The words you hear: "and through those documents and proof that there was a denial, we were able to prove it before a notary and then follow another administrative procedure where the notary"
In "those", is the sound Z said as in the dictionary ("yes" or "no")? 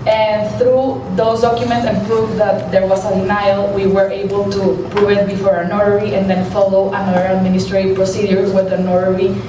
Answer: no